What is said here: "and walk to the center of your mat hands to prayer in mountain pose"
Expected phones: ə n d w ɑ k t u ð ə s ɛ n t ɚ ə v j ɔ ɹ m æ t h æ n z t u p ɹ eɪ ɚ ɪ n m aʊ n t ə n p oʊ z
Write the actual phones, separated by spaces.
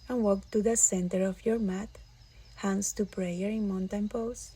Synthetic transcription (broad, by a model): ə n w ɑ k t u ð ə s ɛ n t ɚ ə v j ɔ ɹ m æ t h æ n s t u p ɹ eɪ ɚ ɪ n m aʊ n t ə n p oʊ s